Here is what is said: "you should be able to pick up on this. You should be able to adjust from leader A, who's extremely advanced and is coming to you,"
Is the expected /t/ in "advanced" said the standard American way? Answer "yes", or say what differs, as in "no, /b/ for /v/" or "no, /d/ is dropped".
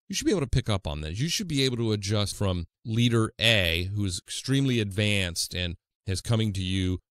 yes